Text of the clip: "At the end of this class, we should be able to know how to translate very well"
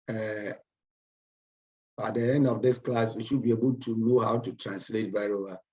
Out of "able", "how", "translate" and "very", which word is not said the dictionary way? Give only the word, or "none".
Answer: very